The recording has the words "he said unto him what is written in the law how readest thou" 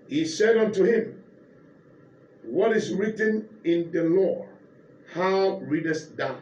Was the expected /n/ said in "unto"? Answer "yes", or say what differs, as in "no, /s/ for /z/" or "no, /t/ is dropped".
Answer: yes